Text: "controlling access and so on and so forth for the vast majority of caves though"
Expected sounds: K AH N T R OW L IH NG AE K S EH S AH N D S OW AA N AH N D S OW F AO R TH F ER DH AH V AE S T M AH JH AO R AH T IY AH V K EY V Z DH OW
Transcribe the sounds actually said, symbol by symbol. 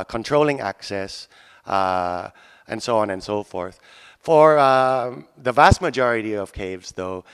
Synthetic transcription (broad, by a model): K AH N T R OW L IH NG AE K S EH S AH N S OW AA N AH N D S OW F AO R TH F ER DH AH V AE S T M AH JH AO R AH T IY AH V K EY V Z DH OW